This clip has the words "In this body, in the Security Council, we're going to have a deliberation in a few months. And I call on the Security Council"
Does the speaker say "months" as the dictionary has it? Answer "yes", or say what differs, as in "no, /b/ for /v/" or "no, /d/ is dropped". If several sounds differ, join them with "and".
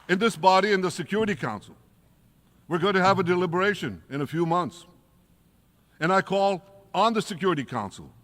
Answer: yes